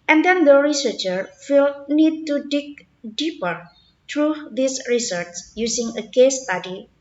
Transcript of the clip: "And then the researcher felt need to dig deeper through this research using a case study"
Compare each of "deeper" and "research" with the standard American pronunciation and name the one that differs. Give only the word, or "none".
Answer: research